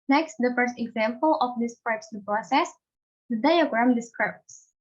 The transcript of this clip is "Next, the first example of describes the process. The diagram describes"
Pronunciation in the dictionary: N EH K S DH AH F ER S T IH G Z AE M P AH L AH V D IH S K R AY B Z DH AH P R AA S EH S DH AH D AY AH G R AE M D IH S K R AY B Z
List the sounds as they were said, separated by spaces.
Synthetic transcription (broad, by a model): N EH K S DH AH F ER S T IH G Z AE M P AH L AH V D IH S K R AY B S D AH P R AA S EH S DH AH D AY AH G R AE M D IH S K R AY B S